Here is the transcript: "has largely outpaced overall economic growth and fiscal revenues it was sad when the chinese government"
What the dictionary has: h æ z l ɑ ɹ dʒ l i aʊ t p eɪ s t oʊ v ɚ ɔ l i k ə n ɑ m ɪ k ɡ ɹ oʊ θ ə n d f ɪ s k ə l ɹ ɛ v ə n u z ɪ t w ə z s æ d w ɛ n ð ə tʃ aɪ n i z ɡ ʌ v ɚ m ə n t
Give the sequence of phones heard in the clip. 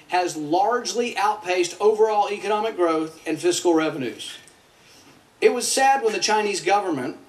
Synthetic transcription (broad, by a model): h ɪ z l ɑ ɹ dʒ l i aʊ t p eɪ s t oʊ v ɚ ɔ l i k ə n ɑ m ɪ k ɡ ɹ oʊ θ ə n f ɪ s k l ɹ ɛ v ə n u z ɪ t w ə z s æ d w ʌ n ð ə tʃ aɪ n i z ɡ ʌ v ɚ m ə n t